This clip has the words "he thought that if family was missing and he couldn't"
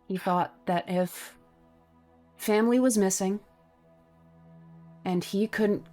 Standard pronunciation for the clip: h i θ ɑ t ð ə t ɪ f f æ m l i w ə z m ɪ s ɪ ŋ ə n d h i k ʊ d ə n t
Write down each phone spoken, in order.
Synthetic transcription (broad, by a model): h i θ ɑ t ð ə t ɪ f f æ m l i w ə z m ɪ s ɪ ŋ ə n i k ʊ d n t